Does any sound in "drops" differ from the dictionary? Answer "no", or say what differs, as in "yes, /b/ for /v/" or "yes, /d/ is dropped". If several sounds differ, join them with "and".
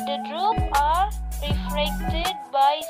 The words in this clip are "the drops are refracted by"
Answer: yes, /s/ is dropped